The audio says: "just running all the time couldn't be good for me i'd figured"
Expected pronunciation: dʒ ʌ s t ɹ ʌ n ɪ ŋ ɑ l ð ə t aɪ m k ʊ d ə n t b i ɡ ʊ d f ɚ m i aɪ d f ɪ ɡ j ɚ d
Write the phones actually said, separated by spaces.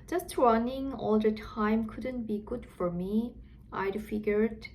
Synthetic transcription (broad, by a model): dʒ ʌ s t ɹ ʌ n ɪ ŋ ɑ l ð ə t aɪ m k ʊ d ə n t b i ɡ ʊ d f ɚ m i aɪ d f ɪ ɡ j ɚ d